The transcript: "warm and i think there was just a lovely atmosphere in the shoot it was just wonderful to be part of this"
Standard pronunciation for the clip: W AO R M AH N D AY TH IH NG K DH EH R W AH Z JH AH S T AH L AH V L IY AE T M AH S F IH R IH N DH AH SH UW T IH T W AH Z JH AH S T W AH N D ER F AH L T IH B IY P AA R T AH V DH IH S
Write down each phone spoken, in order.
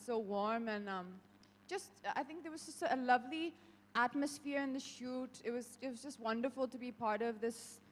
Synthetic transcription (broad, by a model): W AO R M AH N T AY TH IH NG K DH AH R W AH Z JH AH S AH AH L AH V L IY AE T M AH S F IH R IH N DH AH SH UW T IH T W AH Z JH AH S T W AH N D ER F AH L T IH B IY P AA R T AH V DH IH S